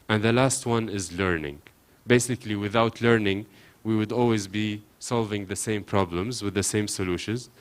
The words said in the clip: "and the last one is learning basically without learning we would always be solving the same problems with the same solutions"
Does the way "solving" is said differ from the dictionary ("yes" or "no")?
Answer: no